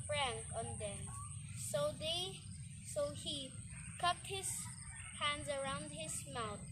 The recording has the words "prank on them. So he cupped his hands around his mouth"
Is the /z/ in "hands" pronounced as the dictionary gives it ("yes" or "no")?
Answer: yes